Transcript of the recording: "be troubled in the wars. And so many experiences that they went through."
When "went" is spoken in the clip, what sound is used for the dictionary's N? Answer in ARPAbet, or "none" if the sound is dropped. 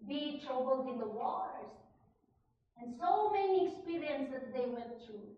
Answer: none